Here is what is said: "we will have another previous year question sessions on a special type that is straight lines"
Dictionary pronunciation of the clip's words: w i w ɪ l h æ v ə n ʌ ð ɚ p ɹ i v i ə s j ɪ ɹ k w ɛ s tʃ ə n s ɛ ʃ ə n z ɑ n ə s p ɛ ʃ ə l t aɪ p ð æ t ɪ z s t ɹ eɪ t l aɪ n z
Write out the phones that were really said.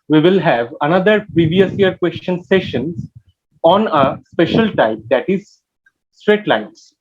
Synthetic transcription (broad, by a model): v i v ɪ l h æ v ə n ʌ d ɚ p ɹ i v i ə s j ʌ ɹ k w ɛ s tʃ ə n s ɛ ʃ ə n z ɑ n ə s p ɛ ʃ ə l t aɪ p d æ t ɪ z s t ɹ eɪ t l aɪ n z